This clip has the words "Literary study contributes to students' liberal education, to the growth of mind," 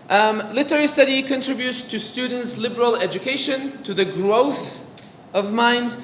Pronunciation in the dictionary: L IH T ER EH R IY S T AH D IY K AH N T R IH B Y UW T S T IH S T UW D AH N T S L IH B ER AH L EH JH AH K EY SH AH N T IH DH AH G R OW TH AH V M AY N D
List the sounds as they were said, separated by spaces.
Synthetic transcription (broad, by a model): L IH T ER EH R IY S T AH D IY K AH N T R IH B Y UW T S T IH S T UW D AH N T S L IH B ER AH L EH JH AH K EY SH AH N T IH DH AH G R OW TH AH V M AY N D